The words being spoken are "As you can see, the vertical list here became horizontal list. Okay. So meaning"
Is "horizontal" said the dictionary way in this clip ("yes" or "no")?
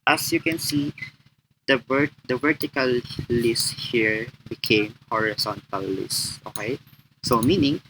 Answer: no